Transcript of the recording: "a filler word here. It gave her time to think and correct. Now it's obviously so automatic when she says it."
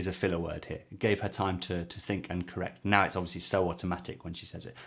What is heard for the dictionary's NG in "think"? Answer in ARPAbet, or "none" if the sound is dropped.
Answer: NG